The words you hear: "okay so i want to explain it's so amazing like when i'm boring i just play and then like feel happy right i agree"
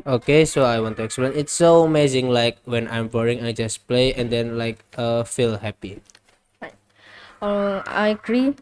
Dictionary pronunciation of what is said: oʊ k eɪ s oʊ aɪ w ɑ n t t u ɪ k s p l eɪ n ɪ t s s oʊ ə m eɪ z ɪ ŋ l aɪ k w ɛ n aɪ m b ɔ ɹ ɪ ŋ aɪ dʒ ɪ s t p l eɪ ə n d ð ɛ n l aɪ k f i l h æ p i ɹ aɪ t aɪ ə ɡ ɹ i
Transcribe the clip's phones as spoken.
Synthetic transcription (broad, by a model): oʊ k eɪ s oʊ aɪ w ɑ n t t u ɪ k s p l eɪ n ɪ t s s oʊ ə m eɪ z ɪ ŋ l aɪ k w ɛ n aɪ m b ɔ ɹ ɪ ŋ aɪ dʒ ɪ s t p l eɪ ə n d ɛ n l aɪ k f i l h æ p i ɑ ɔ aɪ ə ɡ ɹ i